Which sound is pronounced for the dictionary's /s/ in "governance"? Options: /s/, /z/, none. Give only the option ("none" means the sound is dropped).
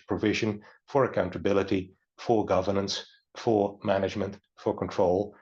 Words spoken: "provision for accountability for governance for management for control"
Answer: /s/